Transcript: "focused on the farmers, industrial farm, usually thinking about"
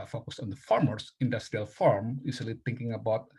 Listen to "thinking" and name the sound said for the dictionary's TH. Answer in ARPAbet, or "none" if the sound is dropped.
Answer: T